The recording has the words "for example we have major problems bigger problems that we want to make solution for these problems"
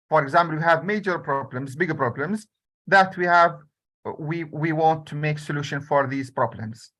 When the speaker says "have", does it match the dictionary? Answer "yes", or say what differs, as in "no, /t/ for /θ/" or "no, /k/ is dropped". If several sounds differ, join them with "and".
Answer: yes